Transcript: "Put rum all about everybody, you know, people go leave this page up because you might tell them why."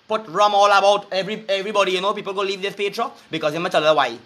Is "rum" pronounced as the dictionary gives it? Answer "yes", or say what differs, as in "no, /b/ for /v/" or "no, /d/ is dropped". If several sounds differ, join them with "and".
yes